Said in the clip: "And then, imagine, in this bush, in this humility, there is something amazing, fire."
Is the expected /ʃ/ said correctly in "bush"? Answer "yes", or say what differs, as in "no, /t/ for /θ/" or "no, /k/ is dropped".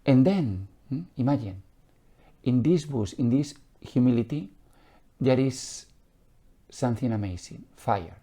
no, /s/ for /ʃ/